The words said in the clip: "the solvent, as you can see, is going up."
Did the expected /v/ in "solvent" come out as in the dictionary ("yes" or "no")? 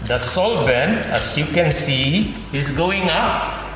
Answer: no